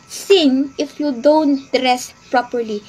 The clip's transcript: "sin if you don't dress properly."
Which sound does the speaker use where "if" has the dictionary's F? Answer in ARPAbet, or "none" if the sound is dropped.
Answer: F